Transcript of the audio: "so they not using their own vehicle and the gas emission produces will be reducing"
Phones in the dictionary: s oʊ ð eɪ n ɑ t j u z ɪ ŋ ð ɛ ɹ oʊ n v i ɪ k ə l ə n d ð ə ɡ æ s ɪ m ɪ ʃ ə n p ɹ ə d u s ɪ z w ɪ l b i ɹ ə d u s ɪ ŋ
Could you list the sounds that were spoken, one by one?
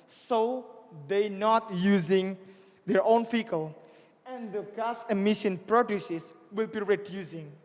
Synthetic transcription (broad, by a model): s oʊ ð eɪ n ɑ t j u z ɪ ŋ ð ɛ ɹ oʊ n f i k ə l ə n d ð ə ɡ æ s ɪ m ɪ ʃ ə n p ɹ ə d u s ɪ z w ɪ l b i ɹ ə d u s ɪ ŋ